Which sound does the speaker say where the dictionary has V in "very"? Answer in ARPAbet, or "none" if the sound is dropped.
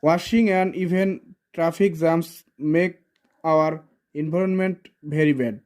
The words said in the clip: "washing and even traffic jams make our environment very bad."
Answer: B